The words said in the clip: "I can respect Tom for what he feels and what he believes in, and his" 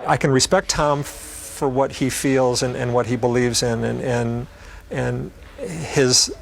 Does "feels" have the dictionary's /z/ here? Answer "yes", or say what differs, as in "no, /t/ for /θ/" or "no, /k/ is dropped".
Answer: yes